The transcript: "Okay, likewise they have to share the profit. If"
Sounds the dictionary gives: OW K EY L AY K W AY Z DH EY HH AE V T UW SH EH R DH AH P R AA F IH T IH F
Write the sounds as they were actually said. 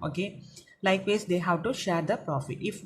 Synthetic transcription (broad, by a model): OW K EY L AY K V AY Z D EY HH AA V T UW SH EH R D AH P R AA F IH T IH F